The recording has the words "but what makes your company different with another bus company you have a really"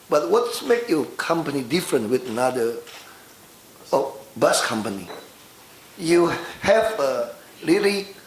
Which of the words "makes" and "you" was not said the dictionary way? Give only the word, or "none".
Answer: makes